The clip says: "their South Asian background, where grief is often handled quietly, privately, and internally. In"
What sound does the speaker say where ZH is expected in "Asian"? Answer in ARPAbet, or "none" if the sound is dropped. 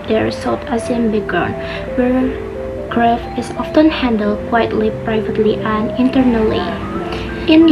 S